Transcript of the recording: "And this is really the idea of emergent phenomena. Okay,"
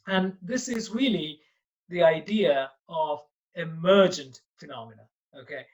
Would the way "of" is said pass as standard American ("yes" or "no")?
yes